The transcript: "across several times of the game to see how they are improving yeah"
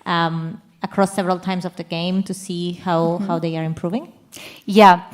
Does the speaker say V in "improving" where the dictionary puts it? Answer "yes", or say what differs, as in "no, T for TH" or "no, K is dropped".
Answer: yes